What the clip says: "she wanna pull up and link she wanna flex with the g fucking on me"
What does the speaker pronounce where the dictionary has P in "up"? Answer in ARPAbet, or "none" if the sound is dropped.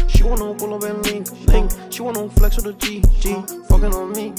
B